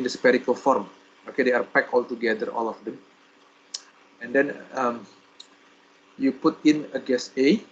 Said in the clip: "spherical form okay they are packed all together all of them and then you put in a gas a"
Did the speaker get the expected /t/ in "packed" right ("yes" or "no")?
no